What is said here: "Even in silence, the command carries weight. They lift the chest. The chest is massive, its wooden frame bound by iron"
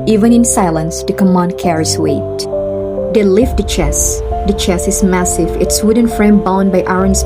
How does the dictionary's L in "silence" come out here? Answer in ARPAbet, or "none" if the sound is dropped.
L